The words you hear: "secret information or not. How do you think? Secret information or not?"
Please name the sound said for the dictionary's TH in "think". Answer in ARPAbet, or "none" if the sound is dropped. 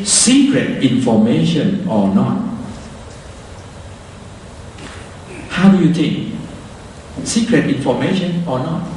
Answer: T